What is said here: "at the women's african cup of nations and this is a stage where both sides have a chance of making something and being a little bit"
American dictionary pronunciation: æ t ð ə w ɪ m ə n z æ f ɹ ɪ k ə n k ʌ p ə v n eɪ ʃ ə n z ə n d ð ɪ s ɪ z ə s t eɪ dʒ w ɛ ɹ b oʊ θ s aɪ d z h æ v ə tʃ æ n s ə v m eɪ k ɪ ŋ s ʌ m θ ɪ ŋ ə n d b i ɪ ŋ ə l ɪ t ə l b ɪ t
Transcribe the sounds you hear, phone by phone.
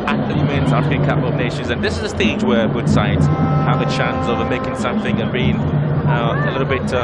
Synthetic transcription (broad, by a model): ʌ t ð ə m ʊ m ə n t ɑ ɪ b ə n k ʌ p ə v n eɪ ʃ ə n z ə n ð ɪ s ɪ z ə s t eɪ dʒ w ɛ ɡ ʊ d s aɪ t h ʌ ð ə tʃ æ n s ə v m eɪ k ɪ ŋ s ʌ m θ ɪ ŋ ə n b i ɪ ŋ ə l ɪ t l b ɪ t